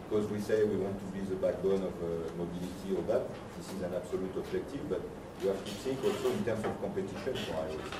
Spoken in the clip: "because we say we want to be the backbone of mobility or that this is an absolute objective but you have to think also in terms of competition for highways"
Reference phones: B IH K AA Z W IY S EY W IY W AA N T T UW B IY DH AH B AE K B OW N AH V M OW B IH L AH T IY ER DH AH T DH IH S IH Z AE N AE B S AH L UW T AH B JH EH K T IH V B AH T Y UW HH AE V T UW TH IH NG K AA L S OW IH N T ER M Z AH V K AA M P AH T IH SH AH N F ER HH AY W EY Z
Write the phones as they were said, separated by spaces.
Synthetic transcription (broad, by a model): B K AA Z W IY S EY W IY W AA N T T UW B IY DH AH B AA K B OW N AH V M OW B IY L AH T IY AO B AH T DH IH S IH Z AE N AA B S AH L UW T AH B ZH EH K T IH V B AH T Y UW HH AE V T UW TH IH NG K AA L S OW IH N T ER M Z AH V K AA P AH T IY SH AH N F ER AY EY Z